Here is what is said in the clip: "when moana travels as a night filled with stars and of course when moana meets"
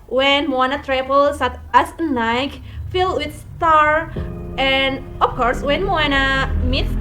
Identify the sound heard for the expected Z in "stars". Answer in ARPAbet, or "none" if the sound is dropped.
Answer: none